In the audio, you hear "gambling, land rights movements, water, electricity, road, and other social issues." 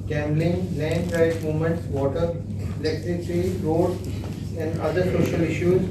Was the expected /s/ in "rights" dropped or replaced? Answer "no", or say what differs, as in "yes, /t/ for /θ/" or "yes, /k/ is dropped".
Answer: yes, /s/ is dropped